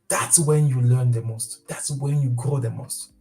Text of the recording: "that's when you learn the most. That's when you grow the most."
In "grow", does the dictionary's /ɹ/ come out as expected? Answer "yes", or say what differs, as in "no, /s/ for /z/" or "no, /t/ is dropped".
yes